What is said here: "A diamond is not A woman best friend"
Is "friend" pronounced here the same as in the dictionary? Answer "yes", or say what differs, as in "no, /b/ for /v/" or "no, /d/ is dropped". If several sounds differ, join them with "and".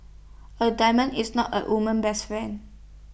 no, /ɹ/ is dropped and /d/ is dropped